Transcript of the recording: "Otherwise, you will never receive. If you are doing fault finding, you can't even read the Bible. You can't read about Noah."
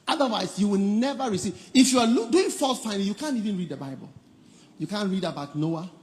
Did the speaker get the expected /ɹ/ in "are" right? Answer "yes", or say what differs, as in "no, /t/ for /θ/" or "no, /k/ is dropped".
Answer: no, /l/ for /ɹ/